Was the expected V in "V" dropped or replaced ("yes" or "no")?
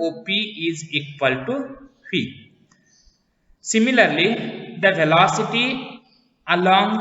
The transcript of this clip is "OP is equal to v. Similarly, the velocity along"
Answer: yes